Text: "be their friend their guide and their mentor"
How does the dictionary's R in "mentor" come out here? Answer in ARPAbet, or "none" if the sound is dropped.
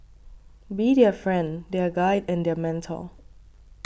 L